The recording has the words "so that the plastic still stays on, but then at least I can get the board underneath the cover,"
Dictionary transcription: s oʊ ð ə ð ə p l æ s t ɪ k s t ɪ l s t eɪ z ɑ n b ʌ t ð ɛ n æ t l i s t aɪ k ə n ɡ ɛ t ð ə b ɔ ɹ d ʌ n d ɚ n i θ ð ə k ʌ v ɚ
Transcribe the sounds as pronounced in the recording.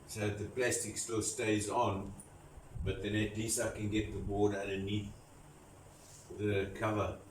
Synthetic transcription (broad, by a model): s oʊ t ð ə p l æ s t ɪ k s t ɪ l s t eɪ z ɑ n b ʌ t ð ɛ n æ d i s aɪ k ə n ɡ ɛ t ð ə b ɔ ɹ d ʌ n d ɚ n i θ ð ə k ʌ v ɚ